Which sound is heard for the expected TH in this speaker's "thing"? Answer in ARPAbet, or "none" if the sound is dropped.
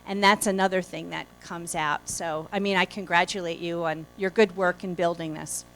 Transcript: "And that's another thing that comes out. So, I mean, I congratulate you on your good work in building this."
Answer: TH